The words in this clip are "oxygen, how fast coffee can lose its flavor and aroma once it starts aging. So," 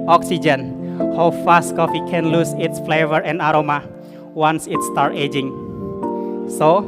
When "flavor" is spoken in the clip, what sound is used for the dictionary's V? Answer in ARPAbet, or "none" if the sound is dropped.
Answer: V